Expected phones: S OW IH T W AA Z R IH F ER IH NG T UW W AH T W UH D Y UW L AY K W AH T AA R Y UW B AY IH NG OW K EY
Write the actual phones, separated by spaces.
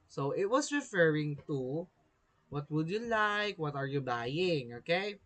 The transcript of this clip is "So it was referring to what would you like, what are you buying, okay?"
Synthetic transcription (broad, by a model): S OW IH T W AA S R IH F ER IH NG T UW W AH T W UH D Y UW L AY K W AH T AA R Y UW B AY IH NG OW K EY